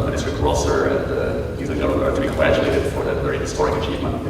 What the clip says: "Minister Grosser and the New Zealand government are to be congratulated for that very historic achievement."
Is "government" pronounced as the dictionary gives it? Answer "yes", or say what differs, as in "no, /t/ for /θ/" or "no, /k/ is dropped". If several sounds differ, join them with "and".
no, /t/ is dropped